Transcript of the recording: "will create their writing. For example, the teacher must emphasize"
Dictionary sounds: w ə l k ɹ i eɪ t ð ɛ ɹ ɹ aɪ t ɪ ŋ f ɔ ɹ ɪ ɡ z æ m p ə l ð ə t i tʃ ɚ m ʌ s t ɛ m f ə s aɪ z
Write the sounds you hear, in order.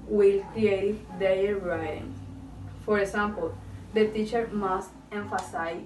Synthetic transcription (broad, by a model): w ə l k ɹ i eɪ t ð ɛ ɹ l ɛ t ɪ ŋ f ɔ ɹ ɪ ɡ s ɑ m p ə l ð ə t i tʃ ɚ m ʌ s t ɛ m f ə s aɪ